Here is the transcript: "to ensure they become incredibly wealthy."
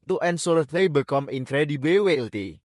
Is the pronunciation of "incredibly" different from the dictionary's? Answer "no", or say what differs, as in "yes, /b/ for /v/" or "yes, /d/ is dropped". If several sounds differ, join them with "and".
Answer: yes, /l/ is dropped